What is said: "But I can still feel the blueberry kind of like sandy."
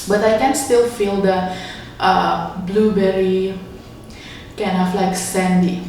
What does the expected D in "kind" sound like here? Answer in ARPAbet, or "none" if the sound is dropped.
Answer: none